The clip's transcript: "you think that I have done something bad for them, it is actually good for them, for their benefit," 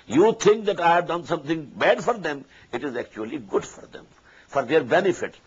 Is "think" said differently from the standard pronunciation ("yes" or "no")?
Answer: yes